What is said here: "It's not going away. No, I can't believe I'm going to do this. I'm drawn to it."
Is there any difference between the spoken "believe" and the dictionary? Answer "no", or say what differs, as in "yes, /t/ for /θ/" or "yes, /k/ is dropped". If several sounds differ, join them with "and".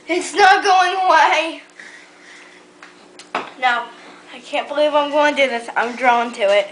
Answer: no